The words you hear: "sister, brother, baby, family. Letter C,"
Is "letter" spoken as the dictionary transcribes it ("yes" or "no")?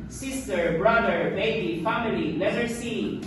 no